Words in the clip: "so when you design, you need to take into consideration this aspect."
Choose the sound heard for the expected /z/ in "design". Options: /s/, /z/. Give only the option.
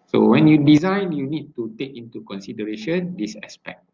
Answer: /z/